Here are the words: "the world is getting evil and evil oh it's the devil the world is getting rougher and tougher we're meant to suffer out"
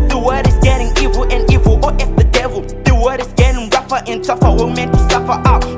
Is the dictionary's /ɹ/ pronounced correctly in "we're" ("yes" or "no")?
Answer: no